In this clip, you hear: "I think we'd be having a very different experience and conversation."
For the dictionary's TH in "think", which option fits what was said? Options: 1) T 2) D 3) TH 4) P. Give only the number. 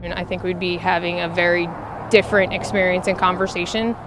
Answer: 3